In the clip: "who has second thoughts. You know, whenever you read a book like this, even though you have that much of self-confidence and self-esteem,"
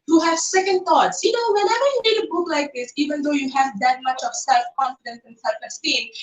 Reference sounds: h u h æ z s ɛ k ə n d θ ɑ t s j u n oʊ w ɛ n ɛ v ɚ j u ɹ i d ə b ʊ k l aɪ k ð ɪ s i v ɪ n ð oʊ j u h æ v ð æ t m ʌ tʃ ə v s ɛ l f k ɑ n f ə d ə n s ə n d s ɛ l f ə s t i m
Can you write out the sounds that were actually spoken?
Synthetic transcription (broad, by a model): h u h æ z s ɛ k ə n d t ɑ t s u n oʊ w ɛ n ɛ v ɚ j u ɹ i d ə b ʊ k l aɪ k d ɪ s i v ɪ n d oʊ j u h æ v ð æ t m ʌ tʃ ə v s ɛ l f k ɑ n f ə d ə n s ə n s ɛ l f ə s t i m